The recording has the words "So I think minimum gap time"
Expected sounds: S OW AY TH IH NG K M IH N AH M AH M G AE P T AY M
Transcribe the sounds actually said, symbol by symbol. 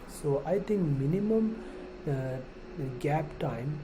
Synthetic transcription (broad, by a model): S OW AY T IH NG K M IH N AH M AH M G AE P T AY M